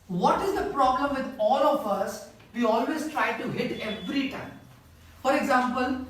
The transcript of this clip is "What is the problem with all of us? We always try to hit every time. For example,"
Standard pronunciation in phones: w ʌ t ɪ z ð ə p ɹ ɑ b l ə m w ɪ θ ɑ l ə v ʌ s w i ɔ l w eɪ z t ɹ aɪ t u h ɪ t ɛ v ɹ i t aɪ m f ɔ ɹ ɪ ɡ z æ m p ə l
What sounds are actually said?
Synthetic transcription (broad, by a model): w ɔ t ɪ z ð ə p ɹ ɑ b l ə m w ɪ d ɑ l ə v ʌ s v i ɔ l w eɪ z t ɹ aɪ t u h ɪ t ɛ v ɹ i t aɪ m f ɔ ɹ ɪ ɡ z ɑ m p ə l